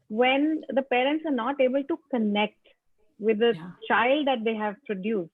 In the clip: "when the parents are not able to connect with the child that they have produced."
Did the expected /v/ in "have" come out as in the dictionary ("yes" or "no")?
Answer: yes